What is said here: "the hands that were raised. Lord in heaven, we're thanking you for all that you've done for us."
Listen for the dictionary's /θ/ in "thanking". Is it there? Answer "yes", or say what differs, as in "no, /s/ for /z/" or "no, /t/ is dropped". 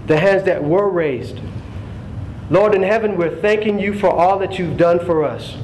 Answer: yes